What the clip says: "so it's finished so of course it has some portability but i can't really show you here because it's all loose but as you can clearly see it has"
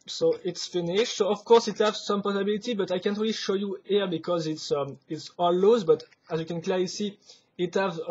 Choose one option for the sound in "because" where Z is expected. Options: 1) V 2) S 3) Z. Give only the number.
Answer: 3